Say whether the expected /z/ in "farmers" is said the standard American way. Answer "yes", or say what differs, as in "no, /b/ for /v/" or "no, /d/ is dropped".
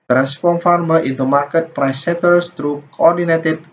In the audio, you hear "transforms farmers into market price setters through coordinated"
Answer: no, /z/ is dropped